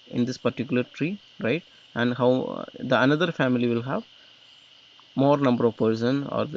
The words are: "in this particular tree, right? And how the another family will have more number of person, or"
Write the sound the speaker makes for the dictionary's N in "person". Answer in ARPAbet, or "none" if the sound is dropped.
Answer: N